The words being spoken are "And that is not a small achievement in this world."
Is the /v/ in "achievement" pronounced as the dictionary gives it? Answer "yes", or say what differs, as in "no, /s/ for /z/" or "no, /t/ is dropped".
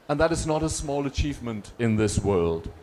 yes